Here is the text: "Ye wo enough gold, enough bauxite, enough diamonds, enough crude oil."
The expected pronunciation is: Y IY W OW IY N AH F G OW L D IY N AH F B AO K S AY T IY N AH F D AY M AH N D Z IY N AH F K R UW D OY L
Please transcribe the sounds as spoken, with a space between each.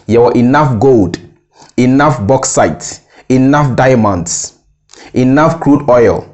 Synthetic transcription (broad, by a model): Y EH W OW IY N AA F G OW L D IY N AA F B AO K S AY T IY N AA F D AY M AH N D S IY N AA F K R UW D OY L